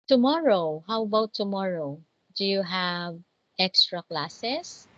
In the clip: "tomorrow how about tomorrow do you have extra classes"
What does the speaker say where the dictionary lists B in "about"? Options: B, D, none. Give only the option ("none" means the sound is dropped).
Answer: none